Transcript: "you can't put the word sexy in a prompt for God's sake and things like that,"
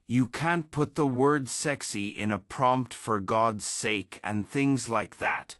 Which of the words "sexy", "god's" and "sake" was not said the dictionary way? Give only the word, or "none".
none